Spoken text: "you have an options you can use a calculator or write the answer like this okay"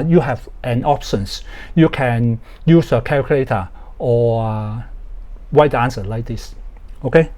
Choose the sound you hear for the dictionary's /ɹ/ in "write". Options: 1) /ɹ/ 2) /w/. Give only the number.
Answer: 2